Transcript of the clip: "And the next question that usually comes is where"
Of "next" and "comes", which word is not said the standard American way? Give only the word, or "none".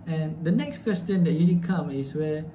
comes